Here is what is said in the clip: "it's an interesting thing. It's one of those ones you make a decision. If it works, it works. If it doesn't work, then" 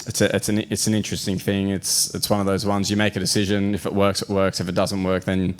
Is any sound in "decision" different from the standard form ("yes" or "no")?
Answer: no